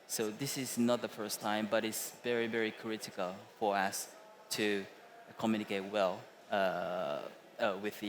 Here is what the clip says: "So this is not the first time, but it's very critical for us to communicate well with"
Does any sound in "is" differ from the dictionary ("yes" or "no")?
no